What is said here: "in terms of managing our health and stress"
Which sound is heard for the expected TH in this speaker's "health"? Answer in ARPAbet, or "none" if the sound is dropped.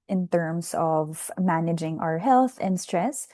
TH